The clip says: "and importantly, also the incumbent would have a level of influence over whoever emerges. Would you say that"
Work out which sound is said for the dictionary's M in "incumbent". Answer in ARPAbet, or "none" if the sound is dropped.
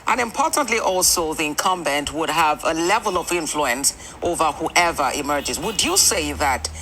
M